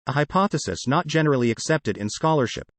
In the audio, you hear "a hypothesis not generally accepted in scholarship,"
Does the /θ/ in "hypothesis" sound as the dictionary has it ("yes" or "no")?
yes